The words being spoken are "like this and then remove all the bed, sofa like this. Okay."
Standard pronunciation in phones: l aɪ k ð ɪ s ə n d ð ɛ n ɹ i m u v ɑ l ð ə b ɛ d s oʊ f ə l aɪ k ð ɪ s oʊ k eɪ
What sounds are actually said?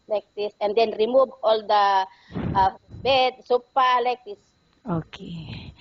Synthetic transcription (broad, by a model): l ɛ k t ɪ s ə n d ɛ n ɹ i m u v ɑ l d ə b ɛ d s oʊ p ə l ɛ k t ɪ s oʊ k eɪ